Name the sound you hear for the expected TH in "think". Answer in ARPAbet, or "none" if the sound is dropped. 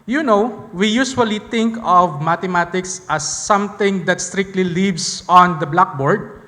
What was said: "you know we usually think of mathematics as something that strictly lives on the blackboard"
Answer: T